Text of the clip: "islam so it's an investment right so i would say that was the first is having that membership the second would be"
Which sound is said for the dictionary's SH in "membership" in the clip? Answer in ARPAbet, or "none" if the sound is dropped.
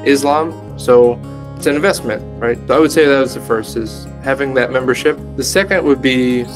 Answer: SH